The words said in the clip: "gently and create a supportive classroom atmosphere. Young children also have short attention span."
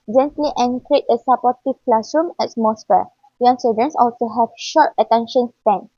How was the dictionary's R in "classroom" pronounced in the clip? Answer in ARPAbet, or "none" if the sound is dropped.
none